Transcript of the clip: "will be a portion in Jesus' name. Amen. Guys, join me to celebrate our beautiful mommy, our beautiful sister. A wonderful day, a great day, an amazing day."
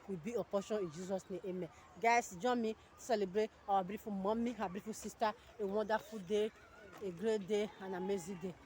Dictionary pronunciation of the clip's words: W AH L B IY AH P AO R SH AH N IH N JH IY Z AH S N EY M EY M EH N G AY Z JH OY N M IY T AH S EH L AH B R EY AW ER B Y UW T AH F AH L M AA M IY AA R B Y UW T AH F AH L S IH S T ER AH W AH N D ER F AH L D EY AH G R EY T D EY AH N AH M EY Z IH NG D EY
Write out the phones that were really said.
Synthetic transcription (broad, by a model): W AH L B IY AH P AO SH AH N IH N JH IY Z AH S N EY EY M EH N G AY S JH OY M IY S EH L AH B R EY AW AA B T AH F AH M AA M IY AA B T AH F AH S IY S T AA AH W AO D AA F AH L D EY AH G R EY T D EY AH N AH M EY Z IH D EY